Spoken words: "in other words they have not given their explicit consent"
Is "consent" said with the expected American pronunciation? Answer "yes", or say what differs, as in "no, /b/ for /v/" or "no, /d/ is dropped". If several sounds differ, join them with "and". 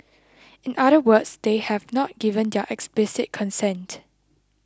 yes